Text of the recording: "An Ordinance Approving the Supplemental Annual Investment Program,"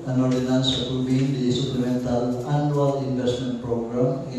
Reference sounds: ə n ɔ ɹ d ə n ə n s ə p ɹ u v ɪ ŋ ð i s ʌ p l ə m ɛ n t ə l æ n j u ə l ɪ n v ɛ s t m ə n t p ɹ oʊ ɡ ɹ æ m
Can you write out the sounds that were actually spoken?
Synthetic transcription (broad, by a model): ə n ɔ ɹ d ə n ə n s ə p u b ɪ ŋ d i s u p l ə m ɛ n t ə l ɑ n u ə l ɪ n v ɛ s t m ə n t p ɹ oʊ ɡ ɹ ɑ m